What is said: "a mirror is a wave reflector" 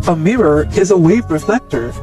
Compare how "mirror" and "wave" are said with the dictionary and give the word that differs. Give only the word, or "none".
none